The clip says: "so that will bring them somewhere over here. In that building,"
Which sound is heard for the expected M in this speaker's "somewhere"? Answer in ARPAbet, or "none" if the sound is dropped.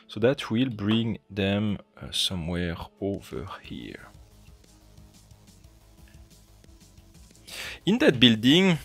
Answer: M